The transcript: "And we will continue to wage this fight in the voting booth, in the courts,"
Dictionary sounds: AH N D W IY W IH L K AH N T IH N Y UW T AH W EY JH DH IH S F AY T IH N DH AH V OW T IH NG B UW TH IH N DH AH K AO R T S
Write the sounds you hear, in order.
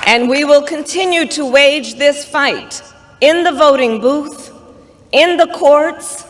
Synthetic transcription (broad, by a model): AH N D W IY W IH L K AH N T IH N Y UW T AH W EY JH DH IH S F AY T IH N DH AH V OW T IH NG B UW TH IH N DH AH K AO R T S